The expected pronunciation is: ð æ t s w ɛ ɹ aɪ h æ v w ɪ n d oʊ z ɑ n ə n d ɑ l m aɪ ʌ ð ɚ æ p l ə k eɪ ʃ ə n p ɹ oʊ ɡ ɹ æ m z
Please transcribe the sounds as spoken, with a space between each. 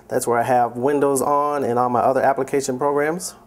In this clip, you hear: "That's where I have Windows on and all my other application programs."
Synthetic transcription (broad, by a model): ð æ t s w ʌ ɹ aɪ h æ v w ɪ n d oʊ z n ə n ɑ n m aɪ ʌ ð ɚ æ p l ə k eɪ ʃ ə n p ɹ oʊ ɡ ɹ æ m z